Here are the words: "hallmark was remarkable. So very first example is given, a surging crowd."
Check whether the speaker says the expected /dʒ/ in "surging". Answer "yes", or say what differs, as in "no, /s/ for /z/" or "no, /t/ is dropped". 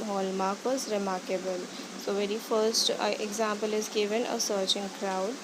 no, /tʃ/ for /dʒ/